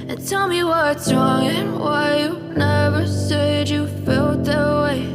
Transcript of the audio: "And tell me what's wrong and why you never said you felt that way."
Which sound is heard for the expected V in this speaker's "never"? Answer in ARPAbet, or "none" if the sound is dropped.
V